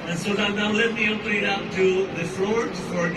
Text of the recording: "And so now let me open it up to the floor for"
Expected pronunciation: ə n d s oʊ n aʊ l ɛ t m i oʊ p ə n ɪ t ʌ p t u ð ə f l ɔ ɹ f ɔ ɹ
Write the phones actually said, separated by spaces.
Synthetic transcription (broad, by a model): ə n s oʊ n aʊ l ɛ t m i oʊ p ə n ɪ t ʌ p t u ð ə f w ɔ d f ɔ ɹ